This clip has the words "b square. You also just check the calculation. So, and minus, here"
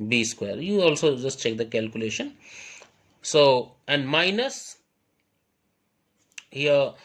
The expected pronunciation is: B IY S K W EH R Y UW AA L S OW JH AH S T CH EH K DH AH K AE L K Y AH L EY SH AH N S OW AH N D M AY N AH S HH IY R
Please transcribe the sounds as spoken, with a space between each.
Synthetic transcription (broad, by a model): B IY S K W EH R Y UW AA L S OW JH AH S T CH EH K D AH K AE L K Y AH L EY SH AH N S OW AH N D M AY N AH S HH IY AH